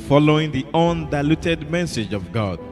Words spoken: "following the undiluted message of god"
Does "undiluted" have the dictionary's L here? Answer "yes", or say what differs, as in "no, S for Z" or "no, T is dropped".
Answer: yes